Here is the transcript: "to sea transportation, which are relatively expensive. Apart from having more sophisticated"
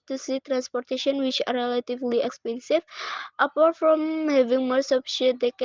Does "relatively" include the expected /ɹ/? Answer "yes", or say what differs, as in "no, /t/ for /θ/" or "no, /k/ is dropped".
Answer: yes